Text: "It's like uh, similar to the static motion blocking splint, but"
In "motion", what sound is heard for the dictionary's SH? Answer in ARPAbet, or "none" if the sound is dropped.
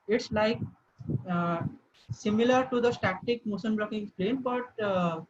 S